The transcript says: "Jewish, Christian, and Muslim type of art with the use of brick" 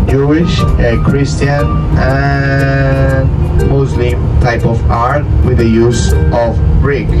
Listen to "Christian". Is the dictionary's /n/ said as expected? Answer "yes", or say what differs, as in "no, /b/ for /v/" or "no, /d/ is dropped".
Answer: no, /n/ is dropped